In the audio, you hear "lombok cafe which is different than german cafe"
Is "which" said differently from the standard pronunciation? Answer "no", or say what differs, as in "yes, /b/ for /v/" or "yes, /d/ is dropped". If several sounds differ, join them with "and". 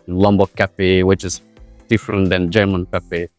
no